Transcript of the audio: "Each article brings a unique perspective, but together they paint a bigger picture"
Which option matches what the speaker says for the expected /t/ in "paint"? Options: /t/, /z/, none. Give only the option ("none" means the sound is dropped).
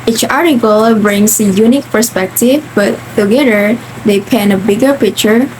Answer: none